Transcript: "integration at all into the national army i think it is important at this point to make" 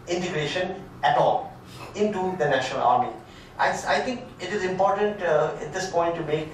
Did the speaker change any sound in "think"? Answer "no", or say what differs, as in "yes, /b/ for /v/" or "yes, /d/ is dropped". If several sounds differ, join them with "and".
yes, /s/ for /θ/